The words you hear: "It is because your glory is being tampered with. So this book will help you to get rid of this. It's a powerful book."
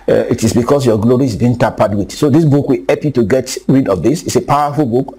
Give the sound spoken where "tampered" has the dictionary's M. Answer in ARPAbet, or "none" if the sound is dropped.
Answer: none